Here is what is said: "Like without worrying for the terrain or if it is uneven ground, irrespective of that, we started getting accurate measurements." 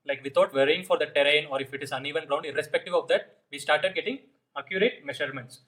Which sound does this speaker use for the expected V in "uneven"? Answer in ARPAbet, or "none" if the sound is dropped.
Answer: V